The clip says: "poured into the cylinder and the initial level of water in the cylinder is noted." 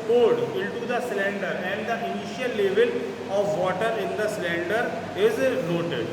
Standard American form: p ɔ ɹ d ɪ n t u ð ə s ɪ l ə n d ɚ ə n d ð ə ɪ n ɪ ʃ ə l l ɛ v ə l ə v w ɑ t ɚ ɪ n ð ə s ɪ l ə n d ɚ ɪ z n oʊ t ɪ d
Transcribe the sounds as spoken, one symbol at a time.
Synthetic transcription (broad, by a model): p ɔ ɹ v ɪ l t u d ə s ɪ l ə n d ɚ ə n d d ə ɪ n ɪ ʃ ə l l ɛ v ə l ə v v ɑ t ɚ ɪ n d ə s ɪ l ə n d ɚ ɪ z n oʊ t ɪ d